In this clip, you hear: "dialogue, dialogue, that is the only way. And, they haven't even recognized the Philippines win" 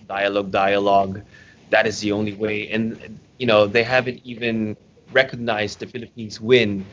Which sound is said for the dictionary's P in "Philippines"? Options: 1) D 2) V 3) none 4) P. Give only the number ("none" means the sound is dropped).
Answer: 4